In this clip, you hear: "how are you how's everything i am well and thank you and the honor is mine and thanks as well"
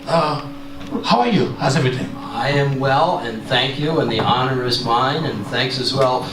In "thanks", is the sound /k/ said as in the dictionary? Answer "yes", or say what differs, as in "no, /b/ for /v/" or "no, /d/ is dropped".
yes